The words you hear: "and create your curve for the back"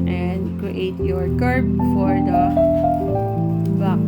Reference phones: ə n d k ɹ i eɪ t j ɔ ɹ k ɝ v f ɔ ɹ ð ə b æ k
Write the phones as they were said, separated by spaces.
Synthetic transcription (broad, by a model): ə n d k ɹ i eɪ t j ɔ ɹ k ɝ b f ɔ ɹ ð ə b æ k